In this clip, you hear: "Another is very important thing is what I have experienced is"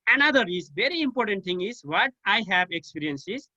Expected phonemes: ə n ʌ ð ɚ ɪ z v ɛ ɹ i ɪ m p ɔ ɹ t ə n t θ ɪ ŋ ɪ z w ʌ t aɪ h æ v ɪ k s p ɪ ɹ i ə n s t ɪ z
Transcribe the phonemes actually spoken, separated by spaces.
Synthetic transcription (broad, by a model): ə n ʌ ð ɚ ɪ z v ɛ ɹ i ɪ m p ɔ ɹ t ə n t t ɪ ŋ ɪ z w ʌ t aɪ h æ v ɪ k s p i ɹ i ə n s ɪ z